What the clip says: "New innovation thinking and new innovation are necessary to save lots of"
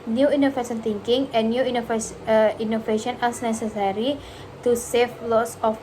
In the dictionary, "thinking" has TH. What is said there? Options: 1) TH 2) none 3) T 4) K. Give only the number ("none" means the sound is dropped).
3